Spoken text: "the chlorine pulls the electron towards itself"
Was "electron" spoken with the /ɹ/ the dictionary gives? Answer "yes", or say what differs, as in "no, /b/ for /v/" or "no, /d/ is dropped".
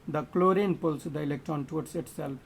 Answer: no, /ɹ/ is dropped